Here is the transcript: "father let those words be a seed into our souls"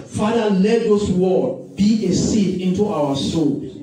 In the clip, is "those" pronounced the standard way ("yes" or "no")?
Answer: no